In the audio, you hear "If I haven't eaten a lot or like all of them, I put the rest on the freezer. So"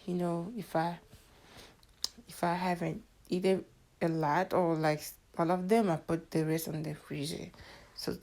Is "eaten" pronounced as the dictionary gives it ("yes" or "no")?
no